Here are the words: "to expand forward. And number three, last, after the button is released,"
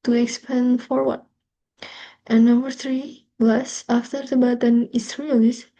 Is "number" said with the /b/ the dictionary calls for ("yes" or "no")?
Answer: yes